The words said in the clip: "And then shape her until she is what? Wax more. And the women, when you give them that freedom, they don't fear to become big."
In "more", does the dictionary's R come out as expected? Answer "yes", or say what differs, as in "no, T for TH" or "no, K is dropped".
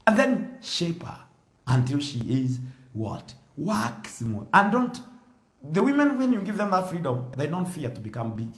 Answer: no, L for R